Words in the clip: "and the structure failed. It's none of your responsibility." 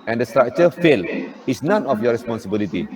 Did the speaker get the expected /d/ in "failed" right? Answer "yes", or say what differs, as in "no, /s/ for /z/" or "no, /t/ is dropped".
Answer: no, /d/ is dropped